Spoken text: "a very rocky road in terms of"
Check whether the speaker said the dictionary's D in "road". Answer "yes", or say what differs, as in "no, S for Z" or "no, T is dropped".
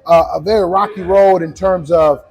yes